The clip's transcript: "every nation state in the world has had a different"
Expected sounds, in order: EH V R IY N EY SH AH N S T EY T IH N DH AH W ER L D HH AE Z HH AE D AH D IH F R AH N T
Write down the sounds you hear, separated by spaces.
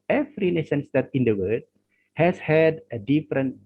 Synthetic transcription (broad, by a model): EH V R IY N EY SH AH N S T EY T IH N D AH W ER D HH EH S HH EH D AH D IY F R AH N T